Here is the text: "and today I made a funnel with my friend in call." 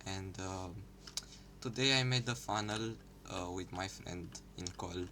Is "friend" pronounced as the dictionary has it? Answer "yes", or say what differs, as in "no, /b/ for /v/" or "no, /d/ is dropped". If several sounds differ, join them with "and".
yes